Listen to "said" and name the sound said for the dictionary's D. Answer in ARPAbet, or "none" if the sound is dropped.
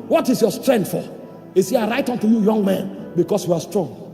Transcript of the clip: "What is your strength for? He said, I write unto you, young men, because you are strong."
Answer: none